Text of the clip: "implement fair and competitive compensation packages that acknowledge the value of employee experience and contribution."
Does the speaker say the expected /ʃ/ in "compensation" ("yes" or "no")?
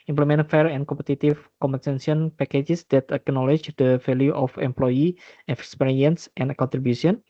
no